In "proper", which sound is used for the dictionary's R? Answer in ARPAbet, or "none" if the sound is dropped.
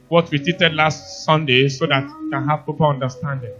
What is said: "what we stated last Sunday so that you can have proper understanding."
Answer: none